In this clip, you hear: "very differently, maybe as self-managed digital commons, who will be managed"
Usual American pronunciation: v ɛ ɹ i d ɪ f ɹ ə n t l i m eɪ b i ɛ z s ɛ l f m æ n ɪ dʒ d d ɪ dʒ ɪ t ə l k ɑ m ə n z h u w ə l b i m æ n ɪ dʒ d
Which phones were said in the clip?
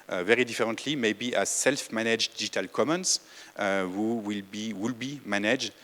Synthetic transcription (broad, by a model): v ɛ ɹ i d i f ɹ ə n t l i m eɪ b i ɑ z s ɛ l f m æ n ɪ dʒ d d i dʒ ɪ t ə l k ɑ m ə n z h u w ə l b i m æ n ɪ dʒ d